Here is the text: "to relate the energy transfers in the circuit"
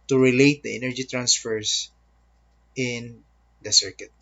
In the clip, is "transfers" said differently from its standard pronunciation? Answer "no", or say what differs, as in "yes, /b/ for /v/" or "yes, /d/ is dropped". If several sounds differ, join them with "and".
yes, /s/ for /z/